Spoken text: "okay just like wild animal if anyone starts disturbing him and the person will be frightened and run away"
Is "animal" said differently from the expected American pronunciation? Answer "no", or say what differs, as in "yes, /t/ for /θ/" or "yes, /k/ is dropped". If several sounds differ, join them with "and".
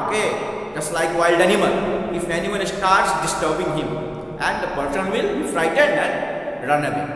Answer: yes, /n/ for /l/